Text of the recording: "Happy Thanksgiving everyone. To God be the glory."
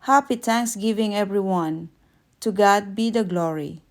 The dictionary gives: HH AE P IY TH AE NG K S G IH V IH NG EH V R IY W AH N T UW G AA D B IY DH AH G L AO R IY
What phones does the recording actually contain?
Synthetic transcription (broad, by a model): HH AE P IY T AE NG K S G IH V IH NG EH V R IY W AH N T UW G AA D B IY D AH G L AO R IY